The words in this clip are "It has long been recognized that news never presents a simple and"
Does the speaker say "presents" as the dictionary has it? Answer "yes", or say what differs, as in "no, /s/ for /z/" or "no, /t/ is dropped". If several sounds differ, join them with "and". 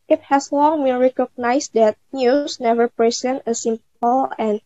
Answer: no, /s/ is dropped